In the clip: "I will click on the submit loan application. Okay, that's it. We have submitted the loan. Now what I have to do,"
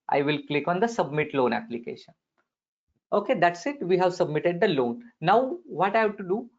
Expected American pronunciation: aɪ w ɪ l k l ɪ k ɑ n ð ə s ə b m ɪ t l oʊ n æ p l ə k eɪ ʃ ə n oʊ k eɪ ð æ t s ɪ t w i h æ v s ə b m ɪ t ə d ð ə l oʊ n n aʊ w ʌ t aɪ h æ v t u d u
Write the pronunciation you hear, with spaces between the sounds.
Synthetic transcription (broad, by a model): aɪ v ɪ l k l ɪ k ɑ n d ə s ə b m ɪ t l oʊ n æ p l ə k eɪ ʃ ə n oʊ k eɪ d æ t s ɪ t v i h æ v s ə b m ɪ t ə d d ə l oʊ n n aʊ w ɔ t aɪ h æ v t u d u